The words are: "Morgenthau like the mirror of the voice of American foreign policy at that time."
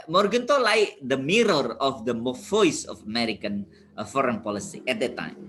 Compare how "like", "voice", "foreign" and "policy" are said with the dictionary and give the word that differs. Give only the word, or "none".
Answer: voice